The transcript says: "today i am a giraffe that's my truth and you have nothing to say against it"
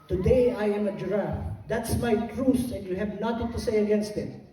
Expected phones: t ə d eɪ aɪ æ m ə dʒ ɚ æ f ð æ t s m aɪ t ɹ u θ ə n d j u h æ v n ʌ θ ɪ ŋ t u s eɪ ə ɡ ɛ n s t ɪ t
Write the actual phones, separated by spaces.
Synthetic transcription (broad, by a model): t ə d eɪ aɪ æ m ə dʒ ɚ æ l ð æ t s m aɪ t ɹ u s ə n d j u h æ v n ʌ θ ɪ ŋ t u s eɪ ə ɡ ɛ n s t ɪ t